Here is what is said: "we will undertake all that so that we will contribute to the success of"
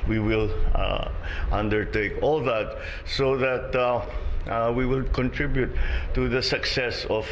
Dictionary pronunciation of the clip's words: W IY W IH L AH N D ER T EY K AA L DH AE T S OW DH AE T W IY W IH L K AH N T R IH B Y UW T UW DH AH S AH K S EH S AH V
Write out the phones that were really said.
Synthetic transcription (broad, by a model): W IY W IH L AH N D ER T EY K AA L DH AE T S OW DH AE T W IY W IH L K AH N T R IH B Y UW T UW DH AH S AH K S EH S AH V